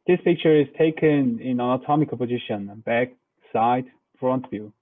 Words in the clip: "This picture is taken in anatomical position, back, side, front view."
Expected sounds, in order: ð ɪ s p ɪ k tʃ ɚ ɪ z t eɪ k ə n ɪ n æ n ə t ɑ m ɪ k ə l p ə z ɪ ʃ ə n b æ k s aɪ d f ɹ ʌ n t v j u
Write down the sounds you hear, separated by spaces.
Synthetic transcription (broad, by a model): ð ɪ s p ɪ k tʃ ɚ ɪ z t eɪ k ə n ɪ n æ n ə t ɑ m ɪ k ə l p ə z ɪ ʃ ə n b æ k s aɪ d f ɹ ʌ n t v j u